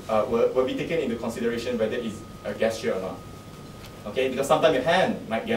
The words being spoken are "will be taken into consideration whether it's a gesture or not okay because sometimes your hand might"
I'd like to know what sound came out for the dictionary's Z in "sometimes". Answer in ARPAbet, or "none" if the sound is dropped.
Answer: none